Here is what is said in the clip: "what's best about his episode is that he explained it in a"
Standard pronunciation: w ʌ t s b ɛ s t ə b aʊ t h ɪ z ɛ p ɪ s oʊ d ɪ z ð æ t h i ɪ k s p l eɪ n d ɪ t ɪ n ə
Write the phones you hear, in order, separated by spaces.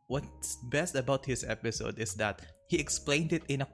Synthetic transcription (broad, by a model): w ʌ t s b ɛ s t ə b aʊ t h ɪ s ɛ p ɪ s oʊ d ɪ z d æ t h i ɪ k s p l eɪ n d ɪ t ɪ n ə